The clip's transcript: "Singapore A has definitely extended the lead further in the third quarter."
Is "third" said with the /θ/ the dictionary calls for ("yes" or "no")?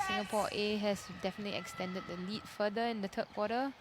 no